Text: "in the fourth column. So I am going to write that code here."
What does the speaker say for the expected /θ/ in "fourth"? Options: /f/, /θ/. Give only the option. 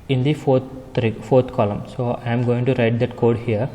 /f/